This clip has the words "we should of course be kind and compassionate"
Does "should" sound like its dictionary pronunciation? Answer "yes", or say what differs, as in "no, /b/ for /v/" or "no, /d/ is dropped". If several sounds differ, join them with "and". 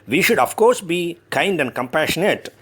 yes